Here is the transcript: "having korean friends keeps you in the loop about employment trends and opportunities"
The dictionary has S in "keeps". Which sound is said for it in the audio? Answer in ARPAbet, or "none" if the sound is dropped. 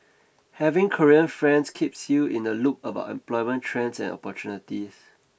S